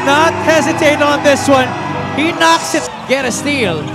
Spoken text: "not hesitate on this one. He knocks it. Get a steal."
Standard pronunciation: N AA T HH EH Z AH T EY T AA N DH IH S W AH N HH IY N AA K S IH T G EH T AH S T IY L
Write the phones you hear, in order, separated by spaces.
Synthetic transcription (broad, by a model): N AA T HH EH Z AH T EY T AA N DH IH S W AH N HH IY N AA K S IH T G EH T AH S T IY L